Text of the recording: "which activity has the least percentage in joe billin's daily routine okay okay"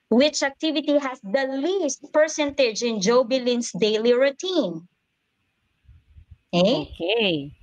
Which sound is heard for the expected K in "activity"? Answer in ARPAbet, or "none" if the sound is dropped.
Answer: K